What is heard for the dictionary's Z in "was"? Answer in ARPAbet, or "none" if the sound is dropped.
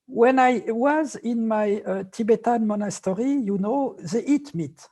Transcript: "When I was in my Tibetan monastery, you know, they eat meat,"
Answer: Z